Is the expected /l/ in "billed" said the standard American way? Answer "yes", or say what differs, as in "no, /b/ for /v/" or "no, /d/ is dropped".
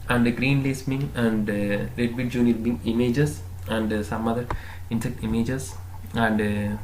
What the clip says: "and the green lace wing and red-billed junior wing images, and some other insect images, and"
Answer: no, /l/ is dropped